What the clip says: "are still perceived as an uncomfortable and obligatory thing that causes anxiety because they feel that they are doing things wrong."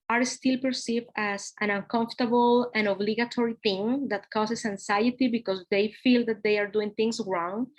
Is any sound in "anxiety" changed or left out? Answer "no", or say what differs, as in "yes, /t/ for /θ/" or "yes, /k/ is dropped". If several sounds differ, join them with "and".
yes, /s/ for /z/